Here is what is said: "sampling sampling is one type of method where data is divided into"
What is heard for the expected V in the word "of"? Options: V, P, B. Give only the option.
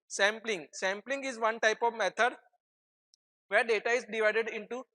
V